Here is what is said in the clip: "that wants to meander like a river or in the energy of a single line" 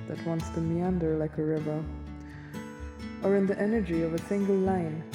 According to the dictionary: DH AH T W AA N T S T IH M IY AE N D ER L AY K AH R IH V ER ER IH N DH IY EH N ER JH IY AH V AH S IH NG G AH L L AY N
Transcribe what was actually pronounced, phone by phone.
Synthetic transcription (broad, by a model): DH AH T W AA N T S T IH M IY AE N D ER L AY K AH R IH V ER ER IH N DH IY EH N ER JH IY AH V AH S IH NG G L L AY N